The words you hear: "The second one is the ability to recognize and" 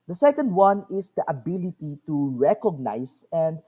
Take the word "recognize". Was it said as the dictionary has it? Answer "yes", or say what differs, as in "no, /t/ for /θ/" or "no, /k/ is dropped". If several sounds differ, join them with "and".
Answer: no, /s/ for /z/